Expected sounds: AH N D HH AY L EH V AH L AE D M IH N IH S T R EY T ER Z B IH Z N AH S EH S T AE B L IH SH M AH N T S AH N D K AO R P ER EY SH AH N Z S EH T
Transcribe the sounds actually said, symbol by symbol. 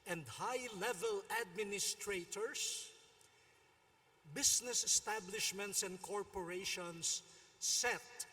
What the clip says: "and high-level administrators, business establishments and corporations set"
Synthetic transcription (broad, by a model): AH N D HH AY L EH V AH L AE D M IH N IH S T R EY T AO S B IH S N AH S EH S T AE B L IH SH M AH N T S AH N D K AO R P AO EY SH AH N S EH T